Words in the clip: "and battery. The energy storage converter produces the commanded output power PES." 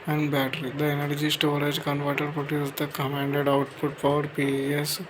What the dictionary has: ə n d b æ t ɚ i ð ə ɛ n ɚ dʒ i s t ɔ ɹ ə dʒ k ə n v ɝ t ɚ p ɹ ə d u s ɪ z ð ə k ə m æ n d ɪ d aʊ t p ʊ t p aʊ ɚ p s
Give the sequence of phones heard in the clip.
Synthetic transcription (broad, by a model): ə n d b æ t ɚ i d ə ɛ n ɚ dʒ i s t ɔ ɹ ə dʒ k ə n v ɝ t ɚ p ə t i ɪ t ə k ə m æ n d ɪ d aʊ t p ʊ t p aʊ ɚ p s